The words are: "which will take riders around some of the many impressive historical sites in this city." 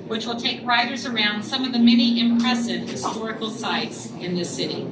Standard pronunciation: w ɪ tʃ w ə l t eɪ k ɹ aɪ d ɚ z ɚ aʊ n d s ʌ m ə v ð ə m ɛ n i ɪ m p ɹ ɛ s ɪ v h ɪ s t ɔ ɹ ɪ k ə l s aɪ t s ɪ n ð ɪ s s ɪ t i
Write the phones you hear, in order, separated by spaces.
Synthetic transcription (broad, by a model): w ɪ tʃ w ə l t eɪ k ɹ aɪ d ɚ z ɚ aʊ n d s ʌ m ə v ð ə m ɛ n i ɪ m p ɹ ɛ s ɪ v h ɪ s t ɔ ɹ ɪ k l s aɪ t s ɪ n ð ɪ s s ɪ t i